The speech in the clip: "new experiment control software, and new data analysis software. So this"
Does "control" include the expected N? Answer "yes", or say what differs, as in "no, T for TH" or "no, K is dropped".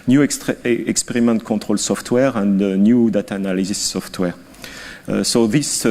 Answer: no, N is dropped